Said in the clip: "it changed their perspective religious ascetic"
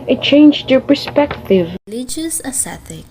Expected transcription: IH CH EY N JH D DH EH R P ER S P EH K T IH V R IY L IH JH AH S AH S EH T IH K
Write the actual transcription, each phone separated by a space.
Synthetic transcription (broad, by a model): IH CH EY N JH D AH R P ER S P EH K T IH V L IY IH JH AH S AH S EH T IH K